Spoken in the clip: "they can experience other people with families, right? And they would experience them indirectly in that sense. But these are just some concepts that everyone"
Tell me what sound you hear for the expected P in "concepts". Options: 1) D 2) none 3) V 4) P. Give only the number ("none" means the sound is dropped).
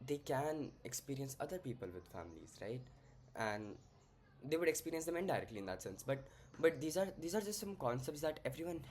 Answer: 4